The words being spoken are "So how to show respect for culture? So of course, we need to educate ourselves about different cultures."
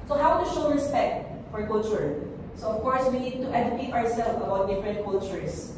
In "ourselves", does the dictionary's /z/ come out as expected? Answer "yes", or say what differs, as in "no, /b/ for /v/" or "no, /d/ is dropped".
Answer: no, /z/ is dropped